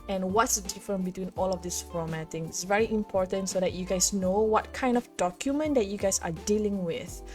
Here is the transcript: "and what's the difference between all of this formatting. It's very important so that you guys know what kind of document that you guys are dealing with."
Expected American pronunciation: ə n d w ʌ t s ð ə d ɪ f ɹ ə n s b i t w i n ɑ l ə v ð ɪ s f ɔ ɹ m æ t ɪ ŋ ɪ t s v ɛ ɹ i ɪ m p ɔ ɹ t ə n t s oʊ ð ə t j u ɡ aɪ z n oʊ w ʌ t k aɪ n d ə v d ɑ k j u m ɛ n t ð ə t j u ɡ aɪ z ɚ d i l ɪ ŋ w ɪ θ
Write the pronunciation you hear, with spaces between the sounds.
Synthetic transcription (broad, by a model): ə n w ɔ t s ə d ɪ f ɹ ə n b i t w i n ɑ l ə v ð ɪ s f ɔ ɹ m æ t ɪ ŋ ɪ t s v ɛ ɹ i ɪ m p ɔ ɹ t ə n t s oʊ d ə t j u ɡ aɪ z n oʊ w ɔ t k aɪ n d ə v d ɑ k j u m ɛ n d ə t j u ɡ aɪ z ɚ d i l ɪ ŋ w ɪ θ